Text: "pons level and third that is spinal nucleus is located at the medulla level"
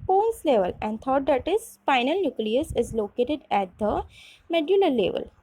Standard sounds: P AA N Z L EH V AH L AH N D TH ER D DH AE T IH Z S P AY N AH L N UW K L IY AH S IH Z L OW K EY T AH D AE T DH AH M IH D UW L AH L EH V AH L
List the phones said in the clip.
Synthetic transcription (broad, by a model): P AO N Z L EH V AH L AH N D T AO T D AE T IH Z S F AY N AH L N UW K L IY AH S IH Z L OW K EY T AH D AE T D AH M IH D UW L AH L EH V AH L